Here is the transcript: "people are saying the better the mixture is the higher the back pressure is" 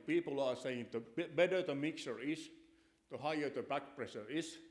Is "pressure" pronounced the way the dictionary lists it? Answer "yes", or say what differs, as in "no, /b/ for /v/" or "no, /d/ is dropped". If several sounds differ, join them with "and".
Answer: no, /s/ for /ʃ/